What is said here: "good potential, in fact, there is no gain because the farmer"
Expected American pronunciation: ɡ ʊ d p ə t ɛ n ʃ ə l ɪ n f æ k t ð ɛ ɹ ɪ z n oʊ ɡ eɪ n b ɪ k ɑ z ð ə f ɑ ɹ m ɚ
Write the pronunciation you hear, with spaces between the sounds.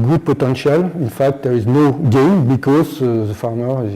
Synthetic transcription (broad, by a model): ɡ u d p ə t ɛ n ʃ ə l ɪ n f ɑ k t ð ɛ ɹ ɪ z n oʊ ɡ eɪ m b ɪ k ɑ z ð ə f ɑ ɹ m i